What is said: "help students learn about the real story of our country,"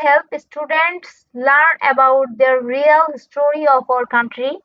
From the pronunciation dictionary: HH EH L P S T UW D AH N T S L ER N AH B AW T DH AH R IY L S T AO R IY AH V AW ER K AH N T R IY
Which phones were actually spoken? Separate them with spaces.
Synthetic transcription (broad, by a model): HH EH L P S T UW D AH N T S L ER N AH B AW T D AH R IY L S T AO R IY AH P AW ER K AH N T R IY